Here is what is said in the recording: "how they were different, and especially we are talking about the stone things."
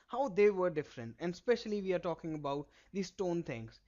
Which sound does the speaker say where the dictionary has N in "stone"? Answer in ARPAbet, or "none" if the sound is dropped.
N